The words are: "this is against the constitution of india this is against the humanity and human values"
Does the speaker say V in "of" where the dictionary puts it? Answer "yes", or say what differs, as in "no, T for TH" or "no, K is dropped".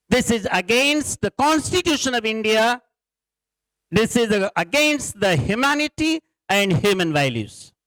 yes